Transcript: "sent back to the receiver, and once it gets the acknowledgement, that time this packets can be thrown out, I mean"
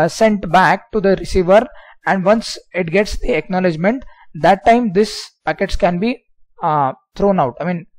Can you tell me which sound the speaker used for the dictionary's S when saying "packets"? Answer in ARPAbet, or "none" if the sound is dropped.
S